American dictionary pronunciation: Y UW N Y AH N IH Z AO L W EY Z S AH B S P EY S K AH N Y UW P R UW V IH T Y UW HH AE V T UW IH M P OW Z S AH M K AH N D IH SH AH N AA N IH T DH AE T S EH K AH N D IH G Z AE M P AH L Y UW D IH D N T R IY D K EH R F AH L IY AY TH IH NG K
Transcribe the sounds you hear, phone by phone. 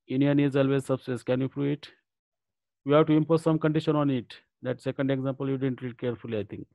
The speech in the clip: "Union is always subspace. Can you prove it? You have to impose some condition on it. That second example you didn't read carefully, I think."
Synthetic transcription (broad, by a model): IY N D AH N IH Z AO L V EY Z S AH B S EY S K AH N Y UW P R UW IH T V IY HH AE V T UW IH M P OW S S AH M K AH N D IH SH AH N AA N IH T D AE T S EH K AH N D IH G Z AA M P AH L Y UW D IH D N T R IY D K EH R F AH L IY AY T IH NG K